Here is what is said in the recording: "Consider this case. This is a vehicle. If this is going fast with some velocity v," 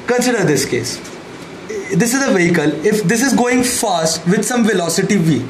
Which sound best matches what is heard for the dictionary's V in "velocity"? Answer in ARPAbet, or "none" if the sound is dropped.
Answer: V